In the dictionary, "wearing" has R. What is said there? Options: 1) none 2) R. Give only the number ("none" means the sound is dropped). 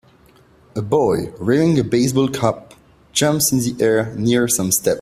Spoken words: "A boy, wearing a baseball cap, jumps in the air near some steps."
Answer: 1